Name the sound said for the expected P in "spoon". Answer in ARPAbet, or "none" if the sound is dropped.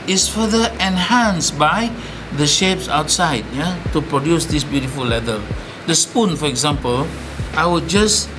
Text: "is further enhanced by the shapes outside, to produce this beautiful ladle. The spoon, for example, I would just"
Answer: P